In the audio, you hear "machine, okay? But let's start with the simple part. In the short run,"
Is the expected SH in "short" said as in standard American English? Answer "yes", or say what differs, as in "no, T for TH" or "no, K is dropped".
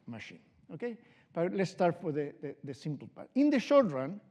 yes